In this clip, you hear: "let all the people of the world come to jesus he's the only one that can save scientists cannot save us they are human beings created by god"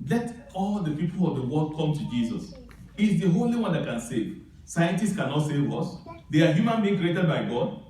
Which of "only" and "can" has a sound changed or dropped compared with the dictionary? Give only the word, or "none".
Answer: only